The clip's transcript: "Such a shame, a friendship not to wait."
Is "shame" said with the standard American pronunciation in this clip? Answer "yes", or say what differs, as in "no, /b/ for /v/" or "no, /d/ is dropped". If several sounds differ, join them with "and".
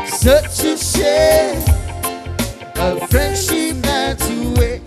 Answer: no, /m/ is dropped